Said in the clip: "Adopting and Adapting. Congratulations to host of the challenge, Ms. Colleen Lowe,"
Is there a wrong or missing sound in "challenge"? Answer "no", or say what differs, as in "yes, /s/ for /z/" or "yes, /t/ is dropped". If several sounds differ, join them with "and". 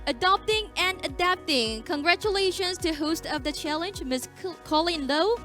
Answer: no